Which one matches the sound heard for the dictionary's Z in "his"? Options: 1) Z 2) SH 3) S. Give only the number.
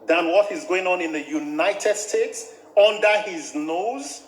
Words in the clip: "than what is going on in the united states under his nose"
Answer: 1